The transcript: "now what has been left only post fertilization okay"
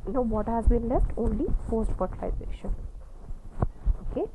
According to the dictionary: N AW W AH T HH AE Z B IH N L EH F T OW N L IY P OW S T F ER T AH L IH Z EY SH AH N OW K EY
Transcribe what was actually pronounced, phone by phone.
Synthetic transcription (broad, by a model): N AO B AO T HH AE Z B IH N L EH F T OW N L IY F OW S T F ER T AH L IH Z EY SH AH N OW K EY